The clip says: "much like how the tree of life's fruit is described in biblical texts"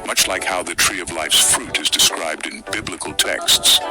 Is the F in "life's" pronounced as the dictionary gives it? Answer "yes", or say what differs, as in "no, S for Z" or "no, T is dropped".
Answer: yes